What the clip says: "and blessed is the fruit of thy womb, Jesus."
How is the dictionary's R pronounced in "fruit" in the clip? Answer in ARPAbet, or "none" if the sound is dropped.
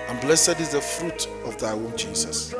R